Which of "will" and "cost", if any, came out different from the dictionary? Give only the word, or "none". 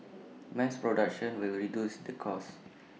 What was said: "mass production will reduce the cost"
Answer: cost